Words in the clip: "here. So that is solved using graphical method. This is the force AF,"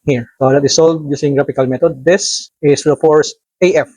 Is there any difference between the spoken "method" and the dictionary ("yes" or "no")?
yes